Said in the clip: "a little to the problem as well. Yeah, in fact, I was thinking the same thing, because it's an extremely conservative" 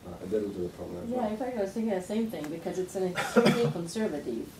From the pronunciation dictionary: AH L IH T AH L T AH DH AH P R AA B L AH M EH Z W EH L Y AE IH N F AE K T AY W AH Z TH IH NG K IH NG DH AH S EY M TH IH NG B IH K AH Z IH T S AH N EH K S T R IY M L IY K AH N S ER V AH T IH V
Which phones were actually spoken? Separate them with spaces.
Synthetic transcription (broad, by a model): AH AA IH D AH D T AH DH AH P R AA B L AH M Y AE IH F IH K AY W AH Z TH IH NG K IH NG DH AH S EY M TH IH NG B IH K AH Z IH T S AH N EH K S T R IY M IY K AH N S ER V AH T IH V